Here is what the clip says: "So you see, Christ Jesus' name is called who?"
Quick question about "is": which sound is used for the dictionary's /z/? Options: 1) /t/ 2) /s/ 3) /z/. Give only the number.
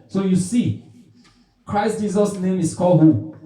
2